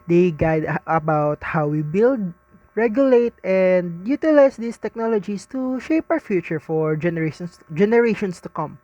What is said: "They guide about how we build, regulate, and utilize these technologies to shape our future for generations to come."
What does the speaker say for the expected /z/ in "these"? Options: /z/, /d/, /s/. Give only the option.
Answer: /s/